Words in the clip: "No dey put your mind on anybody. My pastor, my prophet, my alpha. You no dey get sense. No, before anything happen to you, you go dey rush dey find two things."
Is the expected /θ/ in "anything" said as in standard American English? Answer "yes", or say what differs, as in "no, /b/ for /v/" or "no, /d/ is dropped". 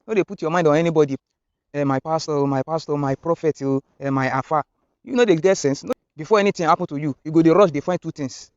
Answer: no, /t/ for /θ/